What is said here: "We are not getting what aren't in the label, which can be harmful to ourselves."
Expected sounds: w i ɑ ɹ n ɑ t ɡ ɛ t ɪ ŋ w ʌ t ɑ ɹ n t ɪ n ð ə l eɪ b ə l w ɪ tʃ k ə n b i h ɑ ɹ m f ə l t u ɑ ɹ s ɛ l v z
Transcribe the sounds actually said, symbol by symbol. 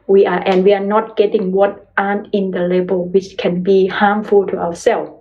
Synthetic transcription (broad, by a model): w i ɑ w n ɑ t ɡ ɛ t ɪ ŋ w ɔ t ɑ n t ɪ n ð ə l eɪ b ə l w ɪ tʃ k ə n b i h ɑ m f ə l t u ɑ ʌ s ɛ l